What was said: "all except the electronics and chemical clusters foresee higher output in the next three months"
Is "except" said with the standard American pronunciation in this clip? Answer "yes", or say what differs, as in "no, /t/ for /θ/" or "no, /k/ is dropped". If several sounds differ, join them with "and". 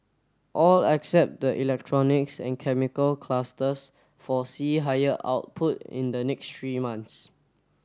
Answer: yes